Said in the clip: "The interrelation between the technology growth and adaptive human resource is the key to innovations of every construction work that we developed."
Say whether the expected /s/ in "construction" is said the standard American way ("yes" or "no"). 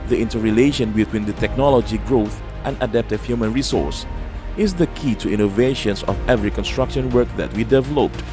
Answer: yes